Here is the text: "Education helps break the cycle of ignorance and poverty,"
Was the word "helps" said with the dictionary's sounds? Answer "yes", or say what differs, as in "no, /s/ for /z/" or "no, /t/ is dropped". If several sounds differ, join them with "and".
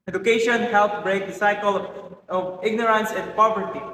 no, /s/ is dropped